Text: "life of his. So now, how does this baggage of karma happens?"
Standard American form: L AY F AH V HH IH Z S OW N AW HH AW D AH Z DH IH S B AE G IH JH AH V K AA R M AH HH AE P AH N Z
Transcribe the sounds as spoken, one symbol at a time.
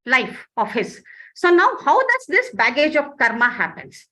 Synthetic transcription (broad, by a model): L AY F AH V HH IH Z S OW N AW HH AW D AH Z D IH S B AE G IH JH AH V K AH R M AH HH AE P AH N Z